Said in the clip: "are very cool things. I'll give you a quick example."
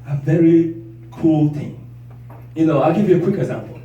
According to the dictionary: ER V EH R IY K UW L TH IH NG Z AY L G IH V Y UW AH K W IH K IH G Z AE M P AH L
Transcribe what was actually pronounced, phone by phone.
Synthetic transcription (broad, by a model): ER V EH R IY K UW L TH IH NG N AY L G IH V Y UW AH K W IH K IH G Z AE M P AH L